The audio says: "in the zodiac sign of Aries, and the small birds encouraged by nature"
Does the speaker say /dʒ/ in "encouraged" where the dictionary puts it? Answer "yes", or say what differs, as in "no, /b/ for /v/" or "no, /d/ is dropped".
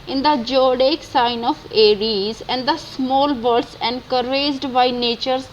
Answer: no, /z/ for /dʒ/